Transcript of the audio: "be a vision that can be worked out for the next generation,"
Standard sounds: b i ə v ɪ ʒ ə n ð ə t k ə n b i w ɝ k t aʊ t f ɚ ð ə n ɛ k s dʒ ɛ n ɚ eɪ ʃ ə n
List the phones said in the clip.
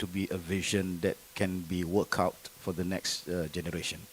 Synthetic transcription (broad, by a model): b i ə v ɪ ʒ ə n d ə t k ə n b i w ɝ k aʊ t f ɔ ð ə n ɛ k s dʒ ɛ n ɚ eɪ ʃ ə n